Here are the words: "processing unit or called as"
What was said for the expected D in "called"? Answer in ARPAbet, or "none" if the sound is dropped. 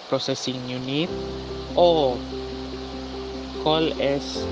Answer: none